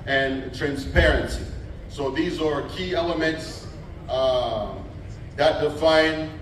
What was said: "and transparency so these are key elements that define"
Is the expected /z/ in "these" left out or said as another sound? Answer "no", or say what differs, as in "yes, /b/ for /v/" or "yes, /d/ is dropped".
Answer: no